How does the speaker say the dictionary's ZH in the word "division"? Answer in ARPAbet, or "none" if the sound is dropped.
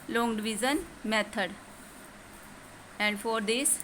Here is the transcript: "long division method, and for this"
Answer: Z